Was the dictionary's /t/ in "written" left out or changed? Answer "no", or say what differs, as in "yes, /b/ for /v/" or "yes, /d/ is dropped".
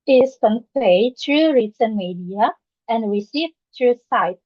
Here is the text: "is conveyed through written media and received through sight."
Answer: yes, /s/ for /t/